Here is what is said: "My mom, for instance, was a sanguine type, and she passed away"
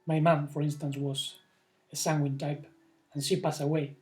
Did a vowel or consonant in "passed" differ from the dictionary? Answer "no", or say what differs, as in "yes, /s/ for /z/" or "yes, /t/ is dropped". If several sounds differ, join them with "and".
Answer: yes, /t/ is dropped